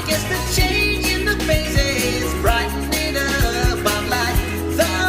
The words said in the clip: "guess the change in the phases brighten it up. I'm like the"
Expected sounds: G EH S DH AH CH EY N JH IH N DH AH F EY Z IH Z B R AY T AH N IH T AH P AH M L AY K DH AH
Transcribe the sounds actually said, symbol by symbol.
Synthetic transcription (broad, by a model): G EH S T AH CH EY N JH IH N DH AH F EY S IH Z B R AY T N IH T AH B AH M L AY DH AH